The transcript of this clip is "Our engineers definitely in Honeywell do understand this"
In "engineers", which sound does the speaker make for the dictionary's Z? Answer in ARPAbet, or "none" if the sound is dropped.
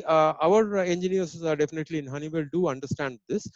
S